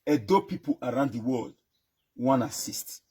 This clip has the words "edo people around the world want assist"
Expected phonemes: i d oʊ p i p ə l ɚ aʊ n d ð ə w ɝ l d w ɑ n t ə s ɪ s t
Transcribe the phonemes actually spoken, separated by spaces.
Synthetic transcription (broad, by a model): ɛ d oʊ p i p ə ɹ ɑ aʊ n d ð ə w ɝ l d w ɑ n ə s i s t